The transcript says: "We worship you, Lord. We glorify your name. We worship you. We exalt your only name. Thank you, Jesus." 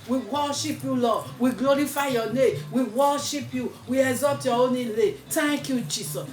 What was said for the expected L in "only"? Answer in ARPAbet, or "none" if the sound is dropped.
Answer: none